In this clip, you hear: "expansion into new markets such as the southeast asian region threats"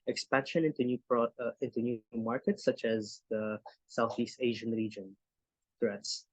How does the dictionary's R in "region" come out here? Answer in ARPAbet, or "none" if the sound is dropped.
R